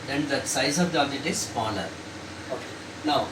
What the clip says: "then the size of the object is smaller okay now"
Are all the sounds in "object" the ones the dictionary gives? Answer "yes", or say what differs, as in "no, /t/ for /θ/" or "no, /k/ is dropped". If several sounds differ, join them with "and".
no, /b/ is dropped and /k/ is dropped